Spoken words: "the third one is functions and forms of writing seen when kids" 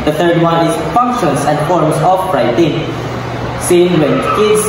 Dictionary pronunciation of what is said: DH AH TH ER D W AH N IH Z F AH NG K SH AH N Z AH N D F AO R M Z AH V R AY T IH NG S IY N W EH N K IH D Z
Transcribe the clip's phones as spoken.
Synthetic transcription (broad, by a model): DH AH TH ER D W AH N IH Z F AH NG K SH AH N S AH N D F AO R M S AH F R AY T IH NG S IY N W EH N K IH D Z